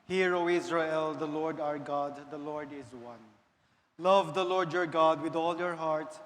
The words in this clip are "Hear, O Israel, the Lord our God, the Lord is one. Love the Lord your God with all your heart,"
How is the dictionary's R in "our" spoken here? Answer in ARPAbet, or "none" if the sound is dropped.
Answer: R